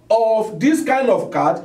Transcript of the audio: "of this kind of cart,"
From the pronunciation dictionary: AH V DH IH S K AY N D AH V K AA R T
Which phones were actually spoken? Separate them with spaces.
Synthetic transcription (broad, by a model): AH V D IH S K AY N D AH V K AA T